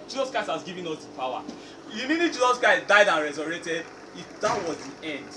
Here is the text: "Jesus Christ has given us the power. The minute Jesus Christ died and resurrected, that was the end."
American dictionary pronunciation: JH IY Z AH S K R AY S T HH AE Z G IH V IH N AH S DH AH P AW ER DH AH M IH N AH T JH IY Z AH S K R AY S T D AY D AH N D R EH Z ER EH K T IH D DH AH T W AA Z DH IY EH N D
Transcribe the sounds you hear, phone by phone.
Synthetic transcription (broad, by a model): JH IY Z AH S K R AY S T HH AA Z G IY V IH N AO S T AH P AW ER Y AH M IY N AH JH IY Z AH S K AY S D AY D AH N R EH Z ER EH T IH D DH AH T W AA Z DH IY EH N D